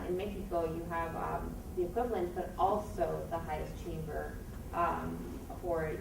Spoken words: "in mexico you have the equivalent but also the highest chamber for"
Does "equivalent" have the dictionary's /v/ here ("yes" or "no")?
yes